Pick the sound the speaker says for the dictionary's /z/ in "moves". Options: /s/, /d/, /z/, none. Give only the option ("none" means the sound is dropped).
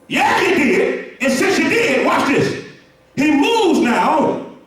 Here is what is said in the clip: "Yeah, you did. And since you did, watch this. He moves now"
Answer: /z/